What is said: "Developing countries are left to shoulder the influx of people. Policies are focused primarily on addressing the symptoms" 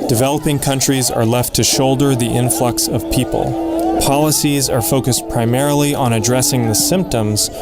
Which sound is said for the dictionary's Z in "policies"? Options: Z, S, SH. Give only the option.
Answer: Z